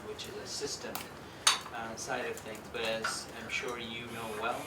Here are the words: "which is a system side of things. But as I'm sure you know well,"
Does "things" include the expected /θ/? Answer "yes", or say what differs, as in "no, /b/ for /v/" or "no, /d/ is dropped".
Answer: yes